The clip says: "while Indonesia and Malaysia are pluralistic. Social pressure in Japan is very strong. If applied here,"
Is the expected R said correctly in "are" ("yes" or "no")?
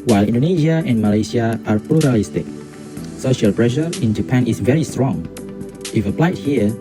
yes